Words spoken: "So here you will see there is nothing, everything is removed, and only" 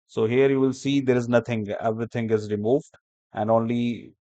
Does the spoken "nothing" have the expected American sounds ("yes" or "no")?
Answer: no